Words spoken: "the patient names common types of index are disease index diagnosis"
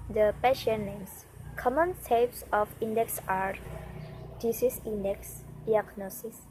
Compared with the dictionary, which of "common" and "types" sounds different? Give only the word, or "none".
types